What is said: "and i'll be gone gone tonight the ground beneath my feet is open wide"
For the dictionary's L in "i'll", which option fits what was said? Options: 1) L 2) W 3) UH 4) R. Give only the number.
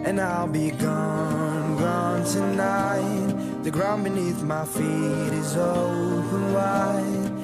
1